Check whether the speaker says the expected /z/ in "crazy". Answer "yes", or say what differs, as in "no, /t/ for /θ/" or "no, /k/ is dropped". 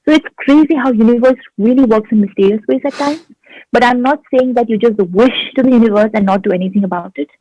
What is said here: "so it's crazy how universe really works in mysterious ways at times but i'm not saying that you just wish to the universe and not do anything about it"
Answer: yes